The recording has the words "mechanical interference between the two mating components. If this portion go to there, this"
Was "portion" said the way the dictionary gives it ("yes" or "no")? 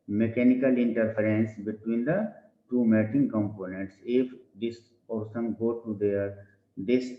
no